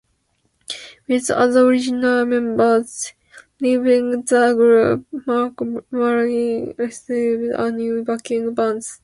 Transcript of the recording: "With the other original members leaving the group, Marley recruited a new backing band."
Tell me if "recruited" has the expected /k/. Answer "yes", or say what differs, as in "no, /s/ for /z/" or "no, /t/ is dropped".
no, /k/ is dropped